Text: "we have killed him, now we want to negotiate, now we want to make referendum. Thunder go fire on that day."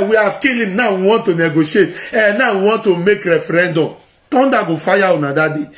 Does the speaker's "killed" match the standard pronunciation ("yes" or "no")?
no